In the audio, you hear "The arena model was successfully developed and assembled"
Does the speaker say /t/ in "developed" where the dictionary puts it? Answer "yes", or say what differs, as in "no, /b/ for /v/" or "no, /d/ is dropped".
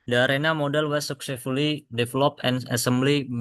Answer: no, /t/ is dropped